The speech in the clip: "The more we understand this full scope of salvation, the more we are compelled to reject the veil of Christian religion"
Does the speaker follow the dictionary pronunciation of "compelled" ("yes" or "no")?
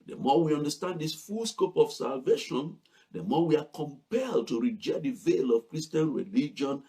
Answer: yes